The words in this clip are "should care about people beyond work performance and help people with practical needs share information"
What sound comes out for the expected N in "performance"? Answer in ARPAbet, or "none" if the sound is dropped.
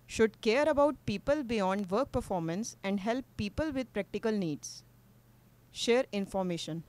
N